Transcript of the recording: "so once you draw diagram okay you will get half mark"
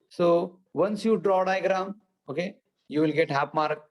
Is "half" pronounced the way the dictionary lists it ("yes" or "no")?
no